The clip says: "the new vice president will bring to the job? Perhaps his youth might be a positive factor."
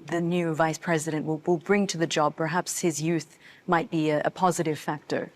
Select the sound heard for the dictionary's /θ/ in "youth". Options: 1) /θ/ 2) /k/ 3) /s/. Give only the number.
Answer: 1